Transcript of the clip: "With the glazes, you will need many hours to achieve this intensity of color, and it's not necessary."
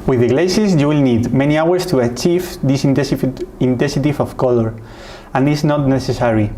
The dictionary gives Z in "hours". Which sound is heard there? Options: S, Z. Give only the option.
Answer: S